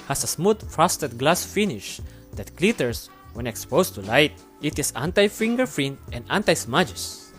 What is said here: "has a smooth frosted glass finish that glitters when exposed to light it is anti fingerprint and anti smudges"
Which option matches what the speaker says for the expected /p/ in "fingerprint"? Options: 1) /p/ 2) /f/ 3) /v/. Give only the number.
2